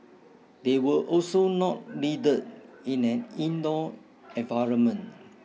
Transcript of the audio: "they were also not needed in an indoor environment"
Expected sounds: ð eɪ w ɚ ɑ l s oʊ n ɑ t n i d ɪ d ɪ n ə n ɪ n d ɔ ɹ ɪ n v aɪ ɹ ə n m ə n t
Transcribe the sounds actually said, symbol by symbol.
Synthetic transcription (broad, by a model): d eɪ w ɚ ɑ l s oʊ n ɑ t l i d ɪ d ɪ n ə n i n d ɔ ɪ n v aɪ ɹ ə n m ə n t